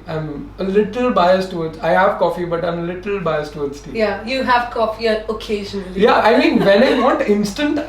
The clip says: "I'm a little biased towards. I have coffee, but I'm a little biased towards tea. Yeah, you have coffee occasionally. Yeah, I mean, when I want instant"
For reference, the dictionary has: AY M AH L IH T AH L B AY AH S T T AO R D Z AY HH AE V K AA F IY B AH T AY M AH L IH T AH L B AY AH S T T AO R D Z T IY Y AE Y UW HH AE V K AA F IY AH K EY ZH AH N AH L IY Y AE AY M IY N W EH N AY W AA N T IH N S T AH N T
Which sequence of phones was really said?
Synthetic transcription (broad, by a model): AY M AH L IH T AH L B AY AH S T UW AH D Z AY HH AE V K AA F IY B AH T AY M AH L IH T AH L B AY AH S T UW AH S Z T IY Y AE Y UW HH AE V K AA F IY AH K EY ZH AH N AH L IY Y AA AY M IY N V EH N AY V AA T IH N S T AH N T